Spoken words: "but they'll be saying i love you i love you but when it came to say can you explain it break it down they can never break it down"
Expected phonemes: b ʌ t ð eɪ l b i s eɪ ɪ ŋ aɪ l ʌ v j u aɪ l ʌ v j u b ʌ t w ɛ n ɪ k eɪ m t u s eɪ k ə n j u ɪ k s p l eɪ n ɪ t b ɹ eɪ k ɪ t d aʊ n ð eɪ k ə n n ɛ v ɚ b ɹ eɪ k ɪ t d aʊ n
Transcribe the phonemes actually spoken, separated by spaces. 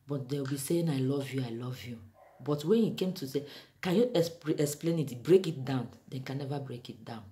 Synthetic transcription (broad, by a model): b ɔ t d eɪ w b i s eɪ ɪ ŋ aɪ l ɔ v j u aɪ l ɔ v j u b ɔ t w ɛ n ɪ k eɪ m t u s eɪ k ə n j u ɪ k s p l eɪ n ɪ t b ɹ eɪ k ɪ t d aʊ n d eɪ k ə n n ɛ v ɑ b ɹ eɪ k ɪ t d aʊ n